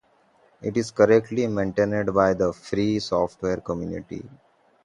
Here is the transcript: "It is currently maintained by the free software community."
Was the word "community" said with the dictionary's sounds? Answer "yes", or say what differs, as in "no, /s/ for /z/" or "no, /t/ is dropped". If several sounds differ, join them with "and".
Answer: yes